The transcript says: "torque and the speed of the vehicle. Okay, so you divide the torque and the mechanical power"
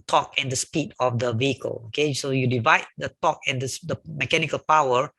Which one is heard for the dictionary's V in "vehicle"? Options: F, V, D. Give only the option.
V